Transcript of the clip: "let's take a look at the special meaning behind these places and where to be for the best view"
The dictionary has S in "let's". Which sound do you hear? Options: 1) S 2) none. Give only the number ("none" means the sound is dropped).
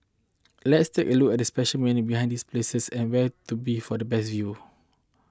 1